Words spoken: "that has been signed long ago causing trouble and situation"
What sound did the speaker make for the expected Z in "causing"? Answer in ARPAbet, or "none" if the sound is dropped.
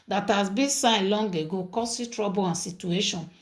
S